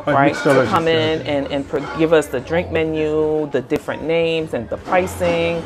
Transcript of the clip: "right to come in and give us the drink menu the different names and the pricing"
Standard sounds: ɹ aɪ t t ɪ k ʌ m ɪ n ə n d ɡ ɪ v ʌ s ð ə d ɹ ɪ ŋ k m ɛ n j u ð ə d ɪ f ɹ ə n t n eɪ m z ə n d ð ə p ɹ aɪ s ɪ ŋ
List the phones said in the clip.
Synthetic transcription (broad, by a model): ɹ aɪ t t ɪ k ʌ m ɪ n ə n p ɡ ɪ v ʌ s ð ə d ɹ ɪ ŋ k m ɛ n j u ð ə d ɪ f ɹ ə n n eɪ m z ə n ð ə p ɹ aɪ s ɪ ŋ